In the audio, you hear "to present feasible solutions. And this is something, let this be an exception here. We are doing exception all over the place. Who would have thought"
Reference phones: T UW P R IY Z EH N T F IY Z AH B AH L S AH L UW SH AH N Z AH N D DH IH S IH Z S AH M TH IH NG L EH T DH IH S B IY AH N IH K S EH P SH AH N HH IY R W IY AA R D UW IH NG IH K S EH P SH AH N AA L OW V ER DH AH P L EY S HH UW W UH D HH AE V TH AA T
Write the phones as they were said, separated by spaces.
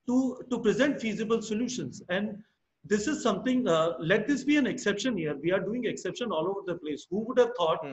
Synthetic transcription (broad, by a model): T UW P R IY Z EH N T F IY Z AH B AH L S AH L UW SH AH N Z AH N D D IH S IH Z S AH M T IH NG L EH T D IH S B IY AH N IH K S EH P SH AH N HH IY R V IY AA R D UW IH NG IH K S EH P SH AH N AA L OW V ER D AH P L EY S HH UW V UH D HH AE V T AA T